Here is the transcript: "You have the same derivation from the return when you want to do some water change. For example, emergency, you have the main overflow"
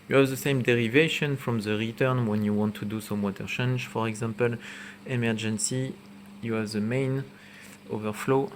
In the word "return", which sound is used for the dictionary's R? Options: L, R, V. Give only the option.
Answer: R